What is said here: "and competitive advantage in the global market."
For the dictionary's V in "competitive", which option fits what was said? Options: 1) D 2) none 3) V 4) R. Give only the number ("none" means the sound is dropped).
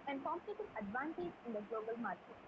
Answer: 2